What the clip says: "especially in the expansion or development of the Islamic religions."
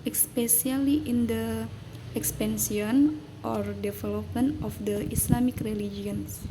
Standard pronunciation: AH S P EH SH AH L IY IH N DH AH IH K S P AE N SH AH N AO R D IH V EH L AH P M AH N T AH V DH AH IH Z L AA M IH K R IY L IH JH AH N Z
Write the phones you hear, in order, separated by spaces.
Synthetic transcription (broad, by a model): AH S P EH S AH L IY IH N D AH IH K S P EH N S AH N AO R D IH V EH L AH P M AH N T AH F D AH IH S L AA M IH K R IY L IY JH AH N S